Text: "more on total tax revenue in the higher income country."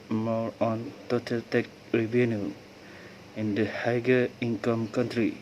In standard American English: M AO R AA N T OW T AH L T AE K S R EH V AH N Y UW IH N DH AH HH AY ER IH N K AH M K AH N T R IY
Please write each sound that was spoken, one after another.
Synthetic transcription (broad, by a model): M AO R AA N T OW T AH L T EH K R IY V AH N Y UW IH N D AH HH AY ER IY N K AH M K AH N T R IY